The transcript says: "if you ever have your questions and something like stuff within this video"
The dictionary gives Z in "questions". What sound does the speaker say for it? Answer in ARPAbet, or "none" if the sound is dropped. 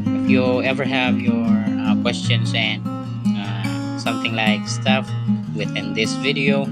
S